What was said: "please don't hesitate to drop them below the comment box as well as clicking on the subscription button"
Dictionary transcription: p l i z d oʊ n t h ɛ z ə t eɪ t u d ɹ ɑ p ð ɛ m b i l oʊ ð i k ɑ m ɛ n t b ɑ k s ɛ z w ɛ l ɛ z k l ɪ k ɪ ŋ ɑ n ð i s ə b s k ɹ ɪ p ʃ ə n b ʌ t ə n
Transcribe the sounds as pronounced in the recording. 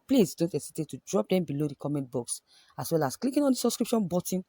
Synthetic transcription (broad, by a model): p l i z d oʊ n t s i s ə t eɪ t u d ɹ ɑ p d ɛ m b i l oʊ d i k ɑ m ɛ n t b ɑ k s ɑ s w ɛ l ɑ s k l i k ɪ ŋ ɑ n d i s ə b s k ɹ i p ʃ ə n b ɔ t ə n